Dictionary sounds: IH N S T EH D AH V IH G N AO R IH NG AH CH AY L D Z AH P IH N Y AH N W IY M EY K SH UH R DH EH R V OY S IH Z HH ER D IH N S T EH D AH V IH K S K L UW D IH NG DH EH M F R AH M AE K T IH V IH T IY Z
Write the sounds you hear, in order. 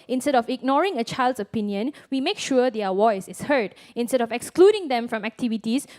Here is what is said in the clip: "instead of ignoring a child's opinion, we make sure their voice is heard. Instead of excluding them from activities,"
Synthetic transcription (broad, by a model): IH N S T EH D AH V IH G N AO R IH NG AH CH AY L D S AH P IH N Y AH N W IY M EY K SH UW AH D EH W OY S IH S HH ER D IH N S T EH D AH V IH K S K L UW D IH NG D EH M F R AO M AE K T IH V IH T IY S